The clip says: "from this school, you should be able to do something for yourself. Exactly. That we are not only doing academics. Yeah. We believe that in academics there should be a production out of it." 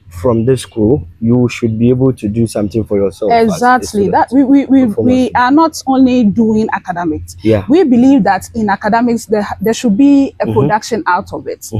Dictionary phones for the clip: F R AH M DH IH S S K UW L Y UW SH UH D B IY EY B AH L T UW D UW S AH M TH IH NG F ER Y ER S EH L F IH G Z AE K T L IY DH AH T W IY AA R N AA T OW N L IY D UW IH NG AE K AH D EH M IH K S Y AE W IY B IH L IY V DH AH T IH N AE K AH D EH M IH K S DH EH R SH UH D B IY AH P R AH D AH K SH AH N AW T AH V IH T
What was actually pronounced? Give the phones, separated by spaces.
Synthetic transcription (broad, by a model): F R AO M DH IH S S K UW L Y UW SH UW D B IY EY B AH L T UW D UW S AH M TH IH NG F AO Y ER S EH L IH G Z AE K T L IY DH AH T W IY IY W N AA T OW N L IY D UW IH NG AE K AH D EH M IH K S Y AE W IY B IH L IY V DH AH T IH N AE K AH D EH M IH K S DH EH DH SH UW D B IY AH P R AH D AH K SH AH N AW T AH V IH T